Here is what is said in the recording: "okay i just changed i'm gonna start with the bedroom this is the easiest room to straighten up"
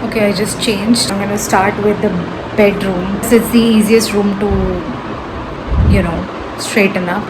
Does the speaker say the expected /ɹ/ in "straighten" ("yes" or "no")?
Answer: yes